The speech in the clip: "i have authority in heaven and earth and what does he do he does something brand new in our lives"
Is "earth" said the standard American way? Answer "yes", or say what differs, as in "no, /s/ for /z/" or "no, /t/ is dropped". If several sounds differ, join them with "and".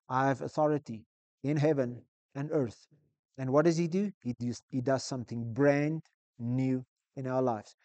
yes